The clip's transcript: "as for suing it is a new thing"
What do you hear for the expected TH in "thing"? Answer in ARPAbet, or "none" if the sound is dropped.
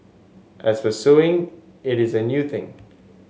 TH